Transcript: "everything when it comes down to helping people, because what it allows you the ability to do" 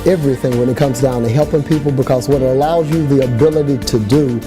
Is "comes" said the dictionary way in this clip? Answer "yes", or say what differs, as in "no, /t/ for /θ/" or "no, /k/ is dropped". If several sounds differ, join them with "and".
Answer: yes